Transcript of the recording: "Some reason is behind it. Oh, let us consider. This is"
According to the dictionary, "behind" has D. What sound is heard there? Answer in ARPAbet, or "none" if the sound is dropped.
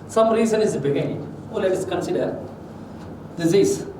none